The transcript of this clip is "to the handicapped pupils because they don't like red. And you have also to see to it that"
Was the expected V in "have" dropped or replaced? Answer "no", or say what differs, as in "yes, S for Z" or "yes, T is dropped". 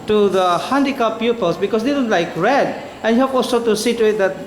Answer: yes, P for V